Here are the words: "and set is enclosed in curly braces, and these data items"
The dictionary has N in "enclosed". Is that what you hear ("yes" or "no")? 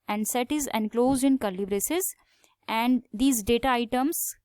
yes